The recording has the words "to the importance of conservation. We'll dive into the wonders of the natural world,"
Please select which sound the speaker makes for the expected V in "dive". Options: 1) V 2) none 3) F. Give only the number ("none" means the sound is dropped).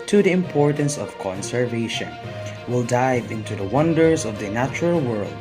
1